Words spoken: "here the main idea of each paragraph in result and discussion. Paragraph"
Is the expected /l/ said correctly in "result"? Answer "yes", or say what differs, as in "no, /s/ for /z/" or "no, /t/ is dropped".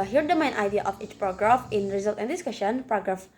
yes